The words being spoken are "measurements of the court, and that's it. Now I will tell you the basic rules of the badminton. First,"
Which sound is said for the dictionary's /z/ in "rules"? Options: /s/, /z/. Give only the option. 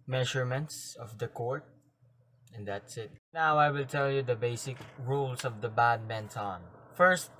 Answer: /s/